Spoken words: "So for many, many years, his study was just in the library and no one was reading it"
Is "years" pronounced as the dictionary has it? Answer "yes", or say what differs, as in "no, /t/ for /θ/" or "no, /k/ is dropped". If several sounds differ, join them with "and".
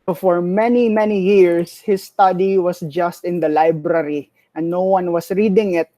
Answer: no, /s/ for /z/